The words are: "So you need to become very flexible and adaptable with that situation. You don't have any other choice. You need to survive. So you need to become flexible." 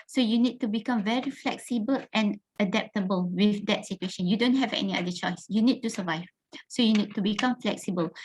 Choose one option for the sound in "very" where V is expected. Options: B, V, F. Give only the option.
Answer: V